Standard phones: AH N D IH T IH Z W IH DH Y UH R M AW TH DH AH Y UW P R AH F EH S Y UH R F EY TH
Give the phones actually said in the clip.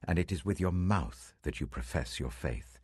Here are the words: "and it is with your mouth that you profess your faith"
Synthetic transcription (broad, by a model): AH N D IH T IH Z W IH DH Y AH R M AW TH DH AH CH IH P R AH F EH S Y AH R F EY TH